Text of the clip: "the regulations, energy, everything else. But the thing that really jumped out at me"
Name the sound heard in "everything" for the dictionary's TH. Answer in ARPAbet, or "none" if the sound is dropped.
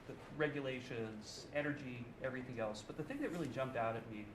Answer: TH